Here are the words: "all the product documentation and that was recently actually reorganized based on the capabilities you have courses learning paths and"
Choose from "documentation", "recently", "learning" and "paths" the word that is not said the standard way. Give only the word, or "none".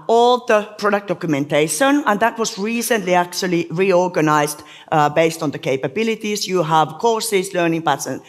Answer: paths